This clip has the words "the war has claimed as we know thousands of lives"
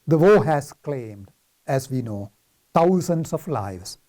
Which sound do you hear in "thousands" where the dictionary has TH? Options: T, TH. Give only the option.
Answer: T